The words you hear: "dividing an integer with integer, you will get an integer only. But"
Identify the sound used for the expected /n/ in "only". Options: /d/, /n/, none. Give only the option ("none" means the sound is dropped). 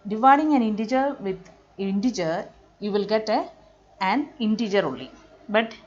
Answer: none